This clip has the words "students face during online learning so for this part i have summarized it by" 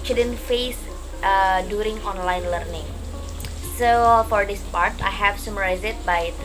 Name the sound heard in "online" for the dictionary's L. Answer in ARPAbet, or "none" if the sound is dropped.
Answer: L